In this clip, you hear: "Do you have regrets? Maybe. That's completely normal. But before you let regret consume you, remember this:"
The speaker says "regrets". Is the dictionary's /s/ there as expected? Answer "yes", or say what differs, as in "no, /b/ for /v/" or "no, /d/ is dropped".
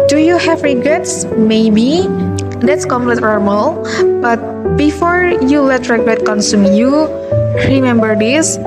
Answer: yes